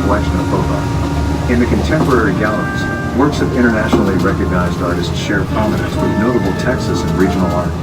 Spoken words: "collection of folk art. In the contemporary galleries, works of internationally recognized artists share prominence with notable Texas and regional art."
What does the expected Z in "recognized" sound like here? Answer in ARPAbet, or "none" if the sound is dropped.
Z